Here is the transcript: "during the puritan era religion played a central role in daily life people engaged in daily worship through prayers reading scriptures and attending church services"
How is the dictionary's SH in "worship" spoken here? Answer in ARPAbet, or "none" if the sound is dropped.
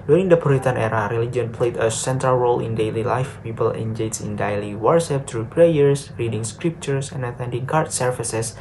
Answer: S